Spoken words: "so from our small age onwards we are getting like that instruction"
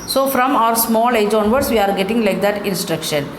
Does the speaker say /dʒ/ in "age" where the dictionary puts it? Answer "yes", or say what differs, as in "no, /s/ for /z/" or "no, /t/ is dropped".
yes